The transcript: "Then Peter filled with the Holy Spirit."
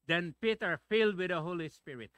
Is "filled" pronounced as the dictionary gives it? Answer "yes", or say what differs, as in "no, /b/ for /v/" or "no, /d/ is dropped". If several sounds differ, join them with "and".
yes